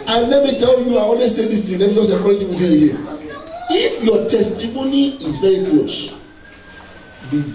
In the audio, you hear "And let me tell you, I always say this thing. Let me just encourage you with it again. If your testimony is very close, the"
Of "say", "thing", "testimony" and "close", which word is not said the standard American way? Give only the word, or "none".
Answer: thing